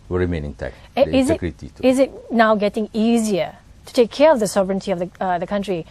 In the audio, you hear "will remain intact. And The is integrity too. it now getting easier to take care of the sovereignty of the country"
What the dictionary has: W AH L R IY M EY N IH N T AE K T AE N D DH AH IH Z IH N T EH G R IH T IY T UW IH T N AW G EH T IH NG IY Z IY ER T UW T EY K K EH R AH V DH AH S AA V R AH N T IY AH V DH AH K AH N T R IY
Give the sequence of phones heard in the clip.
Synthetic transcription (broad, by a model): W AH R IY M EY N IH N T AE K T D IH Z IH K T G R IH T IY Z IH T N AW G EH T IH NG IY Z IY ER T UW T EY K K EH R AH V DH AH S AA B R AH N T IY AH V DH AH K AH N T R IY